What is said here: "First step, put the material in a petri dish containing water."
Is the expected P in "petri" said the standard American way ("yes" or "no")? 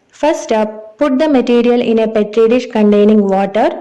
yes